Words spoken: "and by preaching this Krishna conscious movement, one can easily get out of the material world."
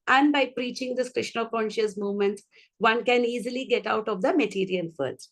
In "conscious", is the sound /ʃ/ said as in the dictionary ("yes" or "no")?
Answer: yes